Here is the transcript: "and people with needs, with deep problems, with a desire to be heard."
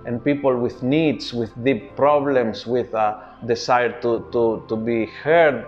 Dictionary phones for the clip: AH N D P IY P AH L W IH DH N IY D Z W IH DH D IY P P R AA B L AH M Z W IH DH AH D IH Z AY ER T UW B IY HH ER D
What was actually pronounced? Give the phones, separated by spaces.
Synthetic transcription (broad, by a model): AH N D P IY P AH L W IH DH N IY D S W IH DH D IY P P R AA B L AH M S W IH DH AH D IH S AY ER T UW B IY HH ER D